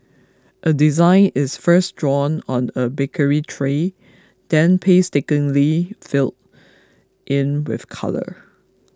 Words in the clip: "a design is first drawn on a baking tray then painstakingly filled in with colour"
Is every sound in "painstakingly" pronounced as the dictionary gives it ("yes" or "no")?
no